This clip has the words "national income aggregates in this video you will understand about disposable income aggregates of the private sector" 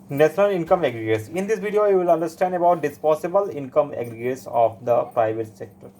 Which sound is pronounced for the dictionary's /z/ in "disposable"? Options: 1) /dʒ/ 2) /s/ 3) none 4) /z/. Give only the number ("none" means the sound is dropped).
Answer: 2